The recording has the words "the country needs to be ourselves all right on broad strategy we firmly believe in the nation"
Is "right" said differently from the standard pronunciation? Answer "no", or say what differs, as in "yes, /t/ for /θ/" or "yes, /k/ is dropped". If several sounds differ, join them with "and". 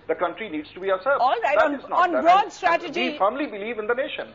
yes, /t/ is dropped